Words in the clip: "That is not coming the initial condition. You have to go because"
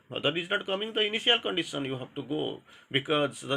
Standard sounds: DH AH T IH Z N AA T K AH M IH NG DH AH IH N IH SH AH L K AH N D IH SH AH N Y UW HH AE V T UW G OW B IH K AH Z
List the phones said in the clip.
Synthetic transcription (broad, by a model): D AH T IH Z N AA T K AH M IH NG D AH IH N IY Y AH L K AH N D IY S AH N Y UW HH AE B T UW G OW B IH K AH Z